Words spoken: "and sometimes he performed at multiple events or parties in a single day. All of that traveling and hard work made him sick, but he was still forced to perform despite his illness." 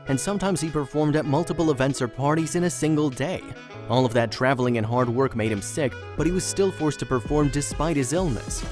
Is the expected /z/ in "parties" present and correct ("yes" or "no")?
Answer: yes